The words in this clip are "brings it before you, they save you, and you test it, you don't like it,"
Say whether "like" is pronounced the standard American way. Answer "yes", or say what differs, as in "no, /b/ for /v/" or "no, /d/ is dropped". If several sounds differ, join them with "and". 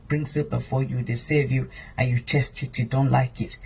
yes